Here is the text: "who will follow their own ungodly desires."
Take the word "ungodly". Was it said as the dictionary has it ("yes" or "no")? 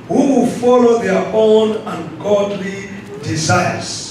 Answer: yes